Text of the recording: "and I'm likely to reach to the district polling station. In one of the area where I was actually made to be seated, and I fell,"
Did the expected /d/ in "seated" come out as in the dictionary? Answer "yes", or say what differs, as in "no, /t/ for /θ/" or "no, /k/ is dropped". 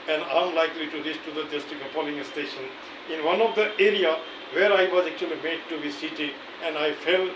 no, /d/ is dropped